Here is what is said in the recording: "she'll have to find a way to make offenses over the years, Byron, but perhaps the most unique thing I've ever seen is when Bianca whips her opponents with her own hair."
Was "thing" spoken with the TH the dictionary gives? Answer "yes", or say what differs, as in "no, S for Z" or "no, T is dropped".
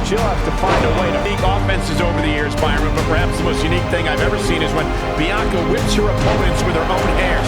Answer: yes